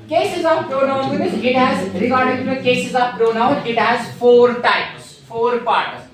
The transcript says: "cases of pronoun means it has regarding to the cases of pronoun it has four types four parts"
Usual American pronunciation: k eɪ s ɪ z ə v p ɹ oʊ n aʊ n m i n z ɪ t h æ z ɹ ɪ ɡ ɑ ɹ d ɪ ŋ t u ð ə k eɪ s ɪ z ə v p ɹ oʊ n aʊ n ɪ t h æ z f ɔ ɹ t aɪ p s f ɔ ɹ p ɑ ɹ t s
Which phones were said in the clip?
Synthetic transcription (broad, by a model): k eɪ s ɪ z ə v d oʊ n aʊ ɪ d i z ɪ t h æ z ɹ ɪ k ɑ ɹ d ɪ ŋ t u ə k eɪ s ɪ z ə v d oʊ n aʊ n ɪ t h æ z f ɔ ɹ t aɪ p s f ɔ ɹ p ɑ ɹ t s